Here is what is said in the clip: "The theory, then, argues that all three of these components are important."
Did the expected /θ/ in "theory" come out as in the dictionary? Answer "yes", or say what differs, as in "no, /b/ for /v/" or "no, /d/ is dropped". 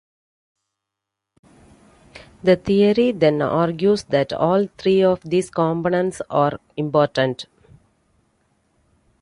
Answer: no, /t/ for /θ/